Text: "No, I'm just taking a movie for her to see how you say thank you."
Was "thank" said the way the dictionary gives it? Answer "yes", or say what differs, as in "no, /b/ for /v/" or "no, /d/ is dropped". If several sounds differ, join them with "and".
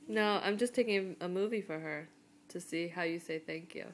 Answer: yes